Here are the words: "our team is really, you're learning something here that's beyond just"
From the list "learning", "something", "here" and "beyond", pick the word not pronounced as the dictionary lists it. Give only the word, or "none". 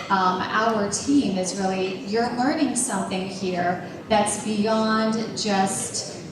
none